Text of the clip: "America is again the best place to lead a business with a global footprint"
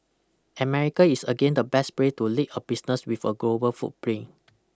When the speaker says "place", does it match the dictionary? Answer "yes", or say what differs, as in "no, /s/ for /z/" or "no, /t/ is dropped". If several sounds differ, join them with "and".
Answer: no, /s/ is dropped